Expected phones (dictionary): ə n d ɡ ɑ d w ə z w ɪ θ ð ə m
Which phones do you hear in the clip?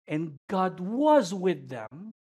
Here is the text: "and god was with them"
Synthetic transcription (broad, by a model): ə n ɡ ɑ d w ə z w ɪ ð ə m